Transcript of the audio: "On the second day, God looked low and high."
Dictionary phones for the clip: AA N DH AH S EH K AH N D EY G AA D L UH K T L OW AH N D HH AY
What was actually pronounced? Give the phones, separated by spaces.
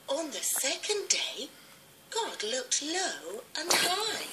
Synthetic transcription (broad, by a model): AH N DH AH S EH K AH N D EY G AA D L UH K T L OW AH N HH AY